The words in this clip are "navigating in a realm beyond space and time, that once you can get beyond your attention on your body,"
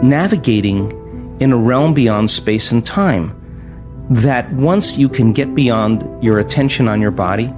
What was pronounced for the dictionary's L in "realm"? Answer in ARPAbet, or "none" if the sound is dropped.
L